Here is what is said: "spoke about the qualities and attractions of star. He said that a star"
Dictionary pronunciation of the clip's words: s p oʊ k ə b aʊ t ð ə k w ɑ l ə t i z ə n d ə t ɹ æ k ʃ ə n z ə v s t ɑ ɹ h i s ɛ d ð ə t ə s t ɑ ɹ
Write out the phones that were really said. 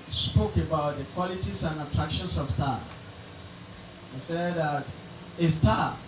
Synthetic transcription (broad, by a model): s p oʊ k ə b aʊ t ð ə k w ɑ l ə t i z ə n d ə t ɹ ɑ k ʃ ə n s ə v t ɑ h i s ɛ d ð ə t ə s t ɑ